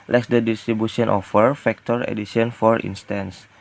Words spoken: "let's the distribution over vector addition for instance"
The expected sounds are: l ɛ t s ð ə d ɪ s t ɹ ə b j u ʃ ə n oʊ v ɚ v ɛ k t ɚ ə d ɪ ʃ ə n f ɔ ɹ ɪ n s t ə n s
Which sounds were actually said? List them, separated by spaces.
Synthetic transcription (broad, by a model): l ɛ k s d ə d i s t ɹ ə b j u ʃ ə n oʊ f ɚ f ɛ k t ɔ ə d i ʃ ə n f ɔ ɹ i n s t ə n s